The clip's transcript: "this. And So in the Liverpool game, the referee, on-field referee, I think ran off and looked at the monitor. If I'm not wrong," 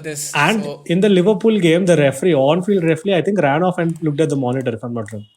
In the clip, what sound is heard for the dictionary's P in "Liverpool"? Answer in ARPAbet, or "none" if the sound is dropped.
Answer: P